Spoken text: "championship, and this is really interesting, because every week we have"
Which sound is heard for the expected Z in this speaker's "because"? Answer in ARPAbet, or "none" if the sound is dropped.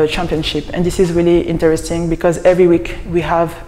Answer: Z